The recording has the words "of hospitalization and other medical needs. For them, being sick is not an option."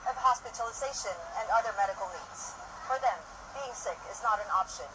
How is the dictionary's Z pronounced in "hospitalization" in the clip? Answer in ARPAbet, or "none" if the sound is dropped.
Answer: Z